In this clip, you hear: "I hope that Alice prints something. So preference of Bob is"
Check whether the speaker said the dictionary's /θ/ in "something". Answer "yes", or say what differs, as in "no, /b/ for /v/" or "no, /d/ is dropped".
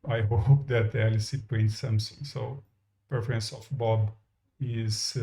no, /s/ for /θ/